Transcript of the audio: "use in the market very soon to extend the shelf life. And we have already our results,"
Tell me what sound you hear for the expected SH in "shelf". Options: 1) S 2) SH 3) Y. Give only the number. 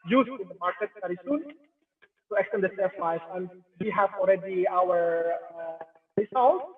1